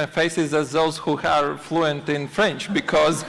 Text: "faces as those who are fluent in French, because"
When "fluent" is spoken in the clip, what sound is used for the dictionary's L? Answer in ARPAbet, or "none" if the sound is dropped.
L